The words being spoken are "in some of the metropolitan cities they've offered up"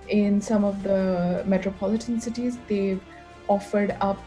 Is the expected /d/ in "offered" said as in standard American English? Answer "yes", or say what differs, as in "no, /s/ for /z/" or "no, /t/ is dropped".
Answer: yes